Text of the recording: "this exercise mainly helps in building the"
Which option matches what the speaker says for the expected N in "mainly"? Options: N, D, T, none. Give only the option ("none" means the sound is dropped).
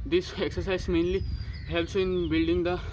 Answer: N